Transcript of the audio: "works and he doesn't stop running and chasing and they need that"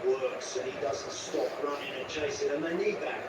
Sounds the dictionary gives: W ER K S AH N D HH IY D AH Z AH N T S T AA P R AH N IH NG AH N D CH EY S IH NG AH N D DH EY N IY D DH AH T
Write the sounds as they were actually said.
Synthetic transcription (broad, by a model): W ER K S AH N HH IY D AH Z AH N T S T AA P R AH N IH NG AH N CH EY S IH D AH N DH EY N IY D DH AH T